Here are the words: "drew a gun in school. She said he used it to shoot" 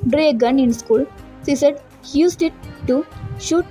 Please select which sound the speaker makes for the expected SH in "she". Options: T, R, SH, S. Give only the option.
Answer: S